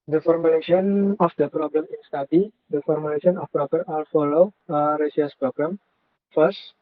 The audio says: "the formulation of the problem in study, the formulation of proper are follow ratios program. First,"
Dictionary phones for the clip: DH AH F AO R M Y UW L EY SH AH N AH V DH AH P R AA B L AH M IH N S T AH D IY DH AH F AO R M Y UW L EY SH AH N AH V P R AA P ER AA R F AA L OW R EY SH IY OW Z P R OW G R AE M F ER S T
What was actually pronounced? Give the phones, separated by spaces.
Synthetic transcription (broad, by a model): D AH F AO R M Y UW L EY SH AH N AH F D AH P R AA B L AH M IH N S T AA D IY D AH F AO R M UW L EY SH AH N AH F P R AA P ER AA L F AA L OW R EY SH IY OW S P R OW G R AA M F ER S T